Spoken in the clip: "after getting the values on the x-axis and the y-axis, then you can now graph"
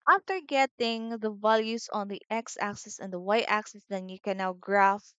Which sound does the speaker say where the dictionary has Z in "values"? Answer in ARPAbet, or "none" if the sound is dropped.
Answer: S